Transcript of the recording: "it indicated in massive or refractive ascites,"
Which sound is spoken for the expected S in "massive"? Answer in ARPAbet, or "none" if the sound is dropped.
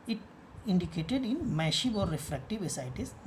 SH